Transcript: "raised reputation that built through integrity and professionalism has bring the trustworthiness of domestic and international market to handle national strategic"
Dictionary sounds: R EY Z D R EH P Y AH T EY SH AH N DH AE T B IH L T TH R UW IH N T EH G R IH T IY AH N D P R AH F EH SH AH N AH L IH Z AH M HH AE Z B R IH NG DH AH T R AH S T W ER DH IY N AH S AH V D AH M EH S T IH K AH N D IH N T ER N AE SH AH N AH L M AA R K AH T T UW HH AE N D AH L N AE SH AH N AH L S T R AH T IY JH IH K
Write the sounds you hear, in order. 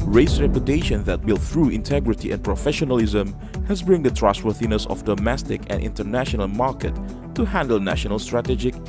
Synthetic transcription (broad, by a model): R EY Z R EH P Y AH T EY SH AH N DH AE T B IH L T TH R UW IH N T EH G R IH T IY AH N P R AH F EH SH AH N AH L IH Z AH M HH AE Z B R IH NG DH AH T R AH S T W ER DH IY N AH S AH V D AH M EH S T IH K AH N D IH N T ER N AE SH AH N AH L M AA R K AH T T UW HH AE N D AH L N AE SH AH N AH L S T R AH T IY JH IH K